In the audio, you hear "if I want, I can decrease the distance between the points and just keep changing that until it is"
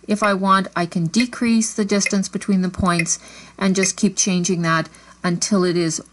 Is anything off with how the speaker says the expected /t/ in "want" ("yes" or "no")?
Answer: no